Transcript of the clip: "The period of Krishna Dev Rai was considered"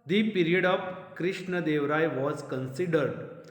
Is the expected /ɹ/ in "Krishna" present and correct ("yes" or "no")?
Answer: yes